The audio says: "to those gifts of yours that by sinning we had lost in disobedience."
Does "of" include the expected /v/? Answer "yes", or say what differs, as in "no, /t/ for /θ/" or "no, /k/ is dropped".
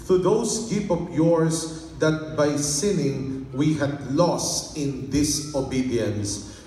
no, /p/ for /v/